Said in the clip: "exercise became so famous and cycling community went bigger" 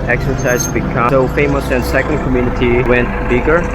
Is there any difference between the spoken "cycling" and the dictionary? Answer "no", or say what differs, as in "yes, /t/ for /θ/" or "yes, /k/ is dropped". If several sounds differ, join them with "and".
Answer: yes, /l/ is dropped